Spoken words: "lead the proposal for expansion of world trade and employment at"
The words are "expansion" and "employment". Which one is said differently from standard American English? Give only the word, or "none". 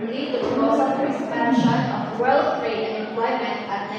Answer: expansion